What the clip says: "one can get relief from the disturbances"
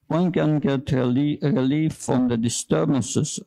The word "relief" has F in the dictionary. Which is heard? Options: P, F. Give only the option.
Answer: F